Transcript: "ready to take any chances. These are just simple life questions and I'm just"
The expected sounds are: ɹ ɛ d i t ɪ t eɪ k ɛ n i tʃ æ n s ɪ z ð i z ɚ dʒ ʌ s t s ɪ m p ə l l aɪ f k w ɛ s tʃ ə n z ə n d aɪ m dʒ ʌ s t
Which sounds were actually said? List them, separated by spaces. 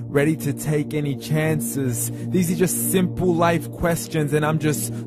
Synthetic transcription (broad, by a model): ɹ ɛ d i t ɪ t eɪ k ɛ n i tʃ æ n s ɪ z ð i z ɚ dʒ ʌ s t s ɪ m p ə l l aɪ f k w ɛ s tʃ ə n z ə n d aɪ m dʒ ʌ s t